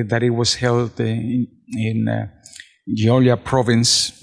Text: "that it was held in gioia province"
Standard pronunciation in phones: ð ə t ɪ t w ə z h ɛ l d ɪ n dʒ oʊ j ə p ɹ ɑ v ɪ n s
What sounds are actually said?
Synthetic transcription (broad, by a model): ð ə t ɪ t w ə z h ɛ l d ɪ n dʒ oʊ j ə p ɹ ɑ v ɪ n s